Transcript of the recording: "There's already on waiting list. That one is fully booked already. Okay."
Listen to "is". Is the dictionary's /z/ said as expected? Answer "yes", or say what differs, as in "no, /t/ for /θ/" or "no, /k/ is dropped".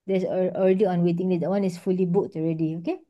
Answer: no, /s/ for /z/